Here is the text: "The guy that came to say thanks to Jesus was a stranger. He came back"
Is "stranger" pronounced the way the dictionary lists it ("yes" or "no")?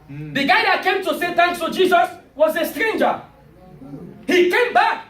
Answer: yes